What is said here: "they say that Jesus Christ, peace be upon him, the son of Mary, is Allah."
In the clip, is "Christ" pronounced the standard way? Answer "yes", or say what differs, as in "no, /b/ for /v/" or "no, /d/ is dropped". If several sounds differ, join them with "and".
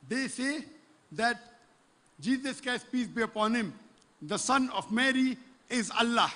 no, /ɹ/ is dropped